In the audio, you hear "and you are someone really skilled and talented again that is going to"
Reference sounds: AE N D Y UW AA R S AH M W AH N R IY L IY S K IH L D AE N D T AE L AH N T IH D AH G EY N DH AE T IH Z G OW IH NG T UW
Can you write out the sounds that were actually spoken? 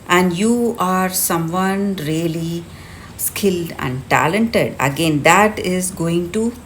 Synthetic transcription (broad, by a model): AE N D Y UW AA R S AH M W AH N R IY L IY S K IH L D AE N D T AE L AH N T IH D AH G EY N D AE T IH Z G OW IH NG T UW